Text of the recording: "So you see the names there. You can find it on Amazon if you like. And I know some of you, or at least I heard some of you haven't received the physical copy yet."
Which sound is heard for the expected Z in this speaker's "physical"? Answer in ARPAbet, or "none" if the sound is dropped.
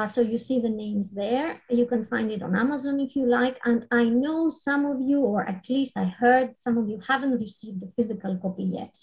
Z